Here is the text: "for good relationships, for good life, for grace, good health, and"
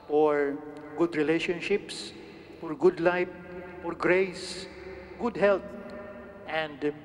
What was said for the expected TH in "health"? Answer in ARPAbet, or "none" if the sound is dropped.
T